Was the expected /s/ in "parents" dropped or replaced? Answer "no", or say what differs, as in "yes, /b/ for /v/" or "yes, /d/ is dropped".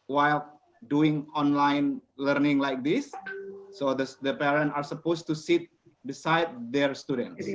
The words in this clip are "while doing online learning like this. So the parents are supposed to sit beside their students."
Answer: yes, /s/ is dropped